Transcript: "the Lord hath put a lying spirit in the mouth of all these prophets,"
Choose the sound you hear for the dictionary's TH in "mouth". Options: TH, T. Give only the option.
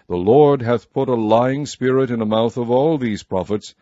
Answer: TH